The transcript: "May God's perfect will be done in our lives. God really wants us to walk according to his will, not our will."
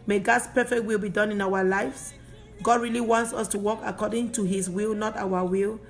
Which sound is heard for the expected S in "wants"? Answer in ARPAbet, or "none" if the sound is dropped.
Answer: S